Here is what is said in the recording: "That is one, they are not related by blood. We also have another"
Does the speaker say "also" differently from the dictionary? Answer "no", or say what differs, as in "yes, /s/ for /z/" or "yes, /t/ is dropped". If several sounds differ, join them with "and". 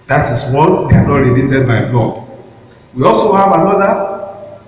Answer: no